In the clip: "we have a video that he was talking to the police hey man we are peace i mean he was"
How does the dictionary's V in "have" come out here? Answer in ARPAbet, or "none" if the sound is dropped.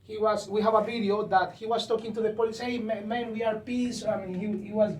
V